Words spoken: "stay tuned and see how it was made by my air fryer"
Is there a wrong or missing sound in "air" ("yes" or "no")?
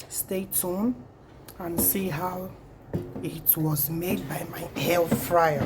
yes